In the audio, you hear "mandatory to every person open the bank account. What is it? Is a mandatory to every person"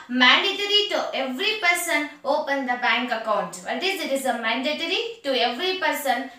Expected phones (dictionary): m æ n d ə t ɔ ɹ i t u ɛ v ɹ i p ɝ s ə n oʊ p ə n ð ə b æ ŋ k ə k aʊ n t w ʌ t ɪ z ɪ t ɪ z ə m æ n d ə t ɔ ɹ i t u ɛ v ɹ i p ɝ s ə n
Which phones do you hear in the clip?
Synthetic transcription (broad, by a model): m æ n d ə t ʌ ɹ i t u ɛ v ɹ i p ɝ s ə n oʊ p ə n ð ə b æ ŋ k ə k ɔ t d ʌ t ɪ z ɪ t ɪ z ə m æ n d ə t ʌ ɹ i t u ɛ v ɹ i p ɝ s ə n